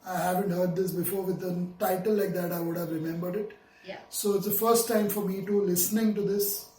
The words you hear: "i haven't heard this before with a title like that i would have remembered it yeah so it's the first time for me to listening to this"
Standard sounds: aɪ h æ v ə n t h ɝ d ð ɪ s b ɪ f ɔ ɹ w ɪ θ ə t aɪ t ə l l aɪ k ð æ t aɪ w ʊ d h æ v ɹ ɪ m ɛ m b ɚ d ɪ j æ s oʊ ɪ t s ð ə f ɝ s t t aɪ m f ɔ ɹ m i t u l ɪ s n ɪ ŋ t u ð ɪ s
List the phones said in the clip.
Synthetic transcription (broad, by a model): aɪ h æ v ə n t h ɝ d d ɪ s b ɪ f ɔ ɹ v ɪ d ə t aɪ t ə l l aɪ k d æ t aɪ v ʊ d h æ v ɹ ɪ m ɛ m b ɚ d ɪ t s oʊ ɪ t s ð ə f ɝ s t t aɪ m f ɔ ɹ m i t u l ɪ s n ɪ ŋ t u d ɪ s